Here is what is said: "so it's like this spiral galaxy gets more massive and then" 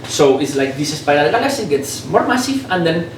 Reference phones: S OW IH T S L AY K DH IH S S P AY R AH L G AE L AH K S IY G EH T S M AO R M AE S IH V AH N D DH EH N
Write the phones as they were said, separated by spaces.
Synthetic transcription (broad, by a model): S OW IH T S L AY K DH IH S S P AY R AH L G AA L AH S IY G EH T S M AO R M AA S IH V AH N D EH N